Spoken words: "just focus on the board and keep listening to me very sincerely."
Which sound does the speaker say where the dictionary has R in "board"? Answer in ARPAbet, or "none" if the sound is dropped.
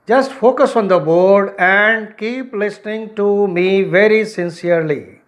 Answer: R